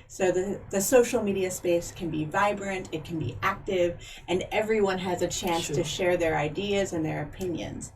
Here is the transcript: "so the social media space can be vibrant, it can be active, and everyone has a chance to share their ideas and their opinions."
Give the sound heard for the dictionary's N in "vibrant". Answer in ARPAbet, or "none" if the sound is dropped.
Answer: N